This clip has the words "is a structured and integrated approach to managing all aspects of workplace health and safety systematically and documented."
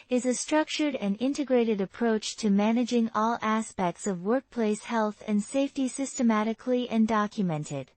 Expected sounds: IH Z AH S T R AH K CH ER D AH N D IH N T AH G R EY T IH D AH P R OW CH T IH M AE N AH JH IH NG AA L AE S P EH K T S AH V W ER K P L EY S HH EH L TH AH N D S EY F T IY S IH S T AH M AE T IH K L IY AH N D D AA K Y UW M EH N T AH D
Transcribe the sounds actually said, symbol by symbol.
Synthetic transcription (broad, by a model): IH Z AH S T R AH K CH ER D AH N IH N T AH G R EY T IH D AH P R OW CH T IH M AE N AH JH IH NG AA L AE S P EH K T S AH V W ER K P L EY S HH EH L TH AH N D S EY F T IY S IH S T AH M AE T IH K L IY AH N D D AA K Y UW M EH N T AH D